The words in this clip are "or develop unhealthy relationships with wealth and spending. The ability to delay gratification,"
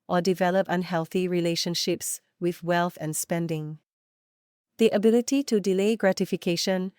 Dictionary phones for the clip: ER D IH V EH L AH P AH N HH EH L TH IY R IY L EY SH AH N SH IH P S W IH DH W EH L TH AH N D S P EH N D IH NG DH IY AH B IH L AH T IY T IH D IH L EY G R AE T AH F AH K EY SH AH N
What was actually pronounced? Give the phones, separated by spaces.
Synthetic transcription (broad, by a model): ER D IH V EH L AH P AH N HH EH L TH IY R IY L EY SH AH N SH IH P S W IH DH W EH L TH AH N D S P EH N D IH NG DH IY AH B IH L AH T IY T IH D IH L EY G R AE T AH F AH K EY SH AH N